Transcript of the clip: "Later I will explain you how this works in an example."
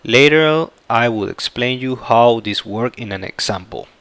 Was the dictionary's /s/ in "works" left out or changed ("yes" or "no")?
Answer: yes